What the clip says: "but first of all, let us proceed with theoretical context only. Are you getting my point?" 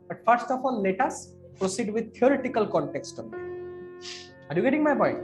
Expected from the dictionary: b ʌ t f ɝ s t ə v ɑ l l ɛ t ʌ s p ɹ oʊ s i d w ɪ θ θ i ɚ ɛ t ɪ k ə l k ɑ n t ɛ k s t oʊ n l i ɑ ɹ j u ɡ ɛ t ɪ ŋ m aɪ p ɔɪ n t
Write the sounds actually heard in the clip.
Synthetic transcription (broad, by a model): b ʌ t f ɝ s t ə f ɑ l l ɛ t ʌ s p ɹ oʊ s i d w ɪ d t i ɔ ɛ t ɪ k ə l k ɑ n t ɛ k s t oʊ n i ɑ ɹ j u ɡ ɛ t ɪ ŋ m aɪ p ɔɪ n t